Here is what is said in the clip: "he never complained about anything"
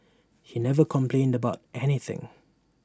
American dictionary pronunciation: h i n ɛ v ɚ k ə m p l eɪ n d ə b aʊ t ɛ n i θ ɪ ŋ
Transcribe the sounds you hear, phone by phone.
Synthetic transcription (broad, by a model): h i n ɛ v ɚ k ə m p l eɪ n d ə b aʊ t ɛ n i θ ɪ ŋ